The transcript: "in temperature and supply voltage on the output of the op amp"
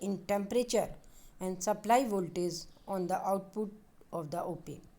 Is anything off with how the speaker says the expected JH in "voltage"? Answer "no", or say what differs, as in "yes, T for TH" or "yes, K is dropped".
yes, Z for JH